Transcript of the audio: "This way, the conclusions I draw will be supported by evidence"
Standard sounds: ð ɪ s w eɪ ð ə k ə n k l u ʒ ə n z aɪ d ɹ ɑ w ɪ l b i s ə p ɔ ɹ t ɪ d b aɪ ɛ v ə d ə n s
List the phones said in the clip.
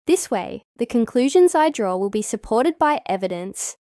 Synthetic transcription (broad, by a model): ð ɪ s w eɪ ð ə k ə n k l u ʒ ə n z aɪ d ɹ ɑ w ɪ l b i s ə p ɔ ɹ t ɪ d b aɪ ɛ v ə d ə n s